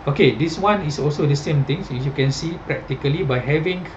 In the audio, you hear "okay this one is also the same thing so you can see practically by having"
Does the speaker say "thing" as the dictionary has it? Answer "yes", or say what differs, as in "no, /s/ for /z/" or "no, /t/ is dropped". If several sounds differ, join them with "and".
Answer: no, /t/ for /θ/